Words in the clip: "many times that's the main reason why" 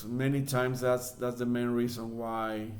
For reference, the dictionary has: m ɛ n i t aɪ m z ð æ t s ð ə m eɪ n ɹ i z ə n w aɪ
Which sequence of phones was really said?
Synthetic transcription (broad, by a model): m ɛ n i t aɪ m s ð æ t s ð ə m eɪ n ɹ i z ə n w aɪ